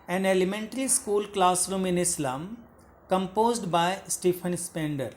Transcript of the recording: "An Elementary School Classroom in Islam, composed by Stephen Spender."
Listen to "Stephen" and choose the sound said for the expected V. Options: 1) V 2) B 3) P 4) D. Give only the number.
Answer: 3